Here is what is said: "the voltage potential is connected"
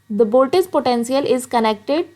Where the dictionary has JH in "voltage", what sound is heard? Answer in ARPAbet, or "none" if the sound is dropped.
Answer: Z